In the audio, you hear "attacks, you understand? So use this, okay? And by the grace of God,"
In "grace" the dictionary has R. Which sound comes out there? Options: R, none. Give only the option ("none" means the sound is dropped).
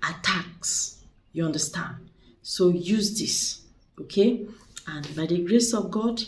R